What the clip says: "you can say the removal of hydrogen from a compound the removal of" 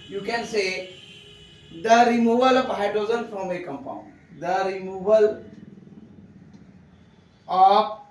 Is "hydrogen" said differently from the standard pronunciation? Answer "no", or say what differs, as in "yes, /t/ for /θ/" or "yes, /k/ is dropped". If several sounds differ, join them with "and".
yes, /ɹ/ is dropped and /z/ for /dʒ/